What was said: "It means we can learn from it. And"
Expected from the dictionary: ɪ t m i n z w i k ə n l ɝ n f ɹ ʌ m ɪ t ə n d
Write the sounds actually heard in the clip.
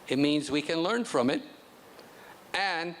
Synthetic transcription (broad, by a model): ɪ t m i n z w i k ə n l ɝ n f ɹ ʌ m ɪ t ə n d